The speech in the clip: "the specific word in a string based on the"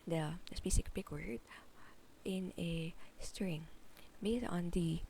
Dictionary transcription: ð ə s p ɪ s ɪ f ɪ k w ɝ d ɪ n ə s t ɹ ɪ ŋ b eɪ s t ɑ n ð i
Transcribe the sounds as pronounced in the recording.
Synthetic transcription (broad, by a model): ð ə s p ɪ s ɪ p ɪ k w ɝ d ɪ n ə s t ɹ ɪ ŋ b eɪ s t ɑ n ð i